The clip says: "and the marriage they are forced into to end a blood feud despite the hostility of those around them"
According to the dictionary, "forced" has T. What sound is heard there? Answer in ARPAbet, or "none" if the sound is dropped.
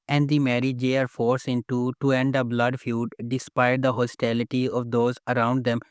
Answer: none